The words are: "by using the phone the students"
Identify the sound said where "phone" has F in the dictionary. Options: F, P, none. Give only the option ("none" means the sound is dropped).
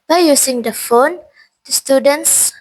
F